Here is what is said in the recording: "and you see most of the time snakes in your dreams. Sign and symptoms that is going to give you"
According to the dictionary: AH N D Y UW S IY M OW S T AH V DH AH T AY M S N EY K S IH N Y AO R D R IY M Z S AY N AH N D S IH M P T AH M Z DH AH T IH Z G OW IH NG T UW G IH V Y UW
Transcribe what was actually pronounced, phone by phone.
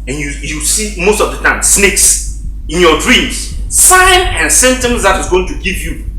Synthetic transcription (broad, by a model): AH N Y Y UW S IY M OW S T AH V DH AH T AY M S N EY K S IH N Y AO D R IY M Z S AY N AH N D S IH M T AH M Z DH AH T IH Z G OW IH NG T UW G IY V Y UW